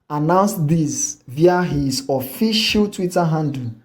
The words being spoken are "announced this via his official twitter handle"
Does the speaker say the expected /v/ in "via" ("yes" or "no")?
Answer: yes